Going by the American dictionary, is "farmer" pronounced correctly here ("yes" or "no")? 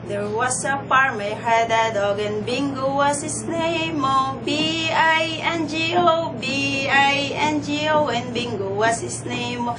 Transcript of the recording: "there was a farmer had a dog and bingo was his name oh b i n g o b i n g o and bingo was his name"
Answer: no